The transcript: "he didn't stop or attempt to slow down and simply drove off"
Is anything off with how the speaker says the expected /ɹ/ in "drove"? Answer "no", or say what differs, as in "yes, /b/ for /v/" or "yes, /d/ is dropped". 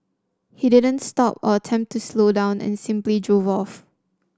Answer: no